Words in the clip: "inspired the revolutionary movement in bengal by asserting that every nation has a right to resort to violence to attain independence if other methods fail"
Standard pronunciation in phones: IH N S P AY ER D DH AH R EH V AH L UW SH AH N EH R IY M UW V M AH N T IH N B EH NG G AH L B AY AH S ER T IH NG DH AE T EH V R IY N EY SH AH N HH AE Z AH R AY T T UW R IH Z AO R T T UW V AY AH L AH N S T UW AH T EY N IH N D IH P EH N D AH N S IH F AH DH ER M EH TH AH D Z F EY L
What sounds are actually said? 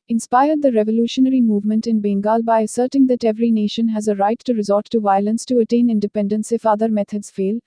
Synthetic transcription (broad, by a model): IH N S P AY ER D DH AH R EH V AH L UW SH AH N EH R IY M UW V M AH N T IH N B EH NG G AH L B AY AH S ER T IH NG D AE T EH V R IY N EY SH AH N HH AE Z AH R AY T T UW R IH Z AO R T T UW V AY AH L AH N S T UW AH T EY N IH N D IH P EH N D AH N S IH F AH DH ER M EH T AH D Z F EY L